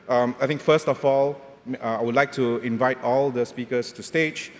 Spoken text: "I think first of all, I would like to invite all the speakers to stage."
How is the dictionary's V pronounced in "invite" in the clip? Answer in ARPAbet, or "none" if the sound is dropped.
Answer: V